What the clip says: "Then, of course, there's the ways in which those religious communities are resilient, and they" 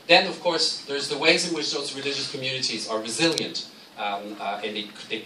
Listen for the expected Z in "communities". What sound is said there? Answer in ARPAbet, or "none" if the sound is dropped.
Z